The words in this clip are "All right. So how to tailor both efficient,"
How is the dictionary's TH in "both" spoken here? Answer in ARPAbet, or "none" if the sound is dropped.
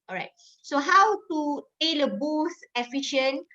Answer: S